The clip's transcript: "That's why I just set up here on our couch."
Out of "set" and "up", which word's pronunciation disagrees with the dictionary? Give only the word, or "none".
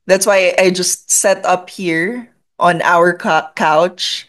none